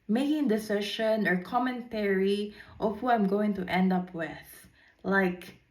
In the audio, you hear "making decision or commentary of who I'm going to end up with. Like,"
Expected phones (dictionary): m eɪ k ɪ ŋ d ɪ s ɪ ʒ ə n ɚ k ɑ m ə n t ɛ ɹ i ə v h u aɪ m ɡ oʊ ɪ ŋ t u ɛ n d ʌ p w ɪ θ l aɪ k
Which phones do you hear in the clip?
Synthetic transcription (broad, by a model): m eɪ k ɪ ŋ d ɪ s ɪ ʃ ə n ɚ k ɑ m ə n t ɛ ɹ i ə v h u aɪ m ɡ oʊ ɪ ŋ t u ɛ n d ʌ p w ɪ θ l aɪ k